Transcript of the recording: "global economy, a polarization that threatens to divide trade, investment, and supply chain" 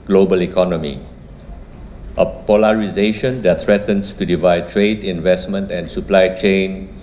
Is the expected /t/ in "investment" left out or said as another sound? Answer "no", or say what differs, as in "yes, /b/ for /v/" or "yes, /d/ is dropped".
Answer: no